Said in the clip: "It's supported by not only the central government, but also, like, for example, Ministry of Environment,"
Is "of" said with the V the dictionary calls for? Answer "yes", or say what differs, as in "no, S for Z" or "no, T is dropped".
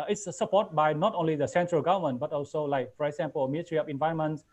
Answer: no, P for V